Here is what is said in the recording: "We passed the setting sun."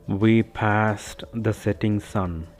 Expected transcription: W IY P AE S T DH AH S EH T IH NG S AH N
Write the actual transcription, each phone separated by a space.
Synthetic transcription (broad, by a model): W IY P AE S T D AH S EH T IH NG S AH N